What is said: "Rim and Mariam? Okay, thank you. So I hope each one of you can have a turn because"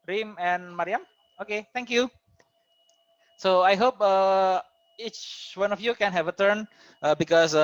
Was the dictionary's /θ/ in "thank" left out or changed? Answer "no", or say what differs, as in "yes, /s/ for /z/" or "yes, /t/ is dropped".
yes, /t/ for /θ/